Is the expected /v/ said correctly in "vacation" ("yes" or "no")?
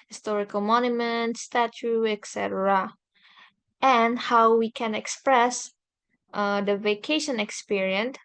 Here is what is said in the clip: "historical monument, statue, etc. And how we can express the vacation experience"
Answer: yes